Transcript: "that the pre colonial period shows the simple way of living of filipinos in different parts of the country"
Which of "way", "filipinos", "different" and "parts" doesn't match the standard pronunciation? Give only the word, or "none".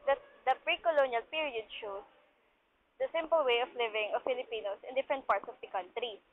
filipinos